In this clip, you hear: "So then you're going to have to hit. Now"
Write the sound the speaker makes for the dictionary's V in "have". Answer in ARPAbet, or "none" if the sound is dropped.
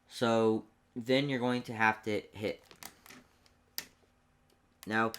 F